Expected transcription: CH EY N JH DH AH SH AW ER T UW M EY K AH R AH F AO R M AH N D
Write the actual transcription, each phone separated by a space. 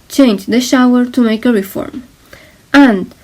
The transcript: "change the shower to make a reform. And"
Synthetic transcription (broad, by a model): CH EY N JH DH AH SH AW ER T UW M EY K AH R AH F AO R M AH N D